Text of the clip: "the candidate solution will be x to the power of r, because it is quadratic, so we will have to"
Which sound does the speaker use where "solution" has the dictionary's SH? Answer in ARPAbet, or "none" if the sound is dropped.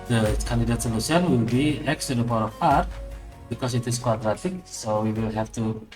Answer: S